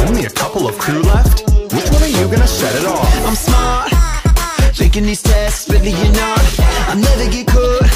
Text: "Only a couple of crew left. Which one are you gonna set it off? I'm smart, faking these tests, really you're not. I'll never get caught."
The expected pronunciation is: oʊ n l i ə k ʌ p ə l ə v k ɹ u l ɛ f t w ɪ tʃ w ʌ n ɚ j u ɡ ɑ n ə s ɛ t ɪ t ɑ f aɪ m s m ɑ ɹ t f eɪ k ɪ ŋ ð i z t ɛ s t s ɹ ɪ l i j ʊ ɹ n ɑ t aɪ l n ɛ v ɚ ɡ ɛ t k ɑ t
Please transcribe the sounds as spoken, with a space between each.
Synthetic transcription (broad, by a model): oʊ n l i ə k ʌ p l ə v k ɹ u l ɛ f t w ɪ tʃ w ʌ n ɚ j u ɡ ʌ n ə ʃ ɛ t ɪ t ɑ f aɪ m s m ɑ ɹ t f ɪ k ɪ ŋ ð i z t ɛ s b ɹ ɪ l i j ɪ n ɑ t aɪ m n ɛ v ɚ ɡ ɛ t k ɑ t